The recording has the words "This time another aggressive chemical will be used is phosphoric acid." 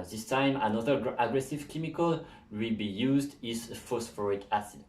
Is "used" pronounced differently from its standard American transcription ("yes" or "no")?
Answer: no